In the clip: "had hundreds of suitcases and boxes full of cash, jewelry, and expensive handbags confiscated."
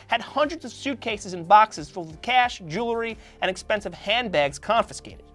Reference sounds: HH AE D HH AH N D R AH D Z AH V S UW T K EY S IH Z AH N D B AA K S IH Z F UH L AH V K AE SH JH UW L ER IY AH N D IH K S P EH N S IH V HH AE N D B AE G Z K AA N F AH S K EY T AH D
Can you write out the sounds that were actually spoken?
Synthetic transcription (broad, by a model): HH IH D HH AH N D R AH D Z AH V S UW T K EY S IH Z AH N B AA K S IH Z F UH L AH K AE SH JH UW L ER IY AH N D IH K S P EH N S IH V HH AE N B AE G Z K AA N F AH S K EY T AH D